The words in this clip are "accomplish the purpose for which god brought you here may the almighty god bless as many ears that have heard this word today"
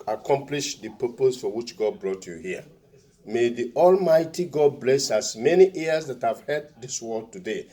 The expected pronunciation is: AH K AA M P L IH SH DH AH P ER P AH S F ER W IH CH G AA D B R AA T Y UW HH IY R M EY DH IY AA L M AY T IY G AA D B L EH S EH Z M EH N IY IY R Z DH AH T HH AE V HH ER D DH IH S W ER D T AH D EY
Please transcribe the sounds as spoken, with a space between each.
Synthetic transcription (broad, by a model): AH K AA M P L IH SH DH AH P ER P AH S F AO W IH CH G AA D B R AA T Y UW HH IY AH M EY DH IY AA L M AY T IY G AA D B L EH S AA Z M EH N IY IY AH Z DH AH T HH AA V HH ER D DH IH S W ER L T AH D EY